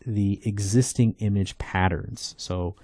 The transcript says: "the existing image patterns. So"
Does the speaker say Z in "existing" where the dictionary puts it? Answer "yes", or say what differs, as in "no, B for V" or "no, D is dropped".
yes